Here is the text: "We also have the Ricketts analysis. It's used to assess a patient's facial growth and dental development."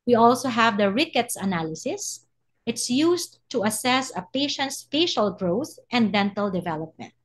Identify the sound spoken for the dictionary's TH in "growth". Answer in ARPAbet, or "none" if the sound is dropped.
TH